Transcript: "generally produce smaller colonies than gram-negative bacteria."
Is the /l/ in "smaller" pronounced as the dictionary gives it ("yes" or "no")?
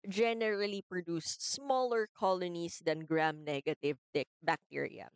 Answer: yes